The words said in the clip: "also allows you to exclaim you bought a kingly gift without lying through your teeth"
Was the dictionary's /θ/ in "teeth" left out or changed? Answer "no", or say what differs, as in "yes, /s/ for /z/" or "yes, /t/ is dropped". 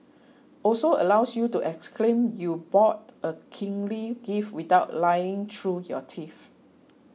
yes, /f/ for /θ/